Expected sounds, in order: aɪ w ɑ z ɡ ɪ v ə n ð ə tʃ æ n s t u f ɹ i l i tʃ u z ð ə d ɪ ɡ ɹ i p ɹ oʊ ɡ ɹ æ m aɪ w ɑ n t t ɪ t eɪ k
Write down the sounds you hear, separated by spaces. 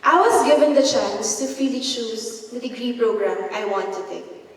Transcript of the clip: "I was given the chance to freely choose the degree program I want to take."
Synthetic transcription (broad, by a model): aɪ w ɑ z ɡ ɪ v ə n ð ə tʃ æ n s t u f i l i ʃ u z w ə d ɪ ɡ ɹ i p ɹ oʊ ɡ ɹ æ m aɪ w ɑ n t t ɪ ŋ k